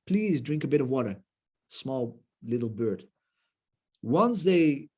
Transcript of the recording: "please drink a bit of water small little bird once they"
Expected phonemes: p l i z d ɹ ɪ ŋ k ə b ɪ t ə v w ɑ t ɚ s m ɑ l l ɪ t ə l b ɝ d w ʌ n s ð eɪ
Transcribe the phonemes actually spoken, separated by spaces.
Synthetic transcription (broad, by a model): p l i z d ɹ ɪ ŋ k ə b ɪ t ə v w ɑ t ɚ s m ɑ l l ɪ t l b ɝ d w ʌ n s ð eɪ